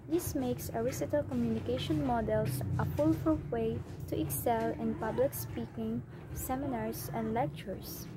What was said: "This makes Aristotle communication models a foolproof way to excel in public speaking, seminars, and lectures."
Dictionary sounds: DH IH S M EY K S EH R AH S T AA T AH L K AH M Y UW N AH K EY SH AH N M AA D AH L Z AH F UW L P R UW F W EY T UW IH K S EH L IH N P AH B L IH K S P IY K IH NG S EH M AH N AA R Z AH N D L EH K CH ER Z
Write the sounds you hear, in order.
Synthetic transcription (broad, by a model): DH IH S M EY K S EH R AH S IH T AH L K AH M Y UW N AH K EY SH AH N M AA D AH L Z AH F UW L F R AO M W EY T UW IH K S EH L IH N P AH B L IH K S P IY K IH NG S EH M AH N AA R S AH N D L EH K CH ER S